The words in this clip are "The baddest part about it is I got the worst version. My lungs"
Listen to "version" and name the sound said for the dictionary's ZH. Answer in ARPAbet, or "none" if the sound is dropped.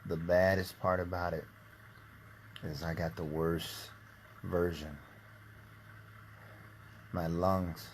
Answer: ZH